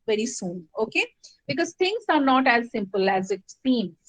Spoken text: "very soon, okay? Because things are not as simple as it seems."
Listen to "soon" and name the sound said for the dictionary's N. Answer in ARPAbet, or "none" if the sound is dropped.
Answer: N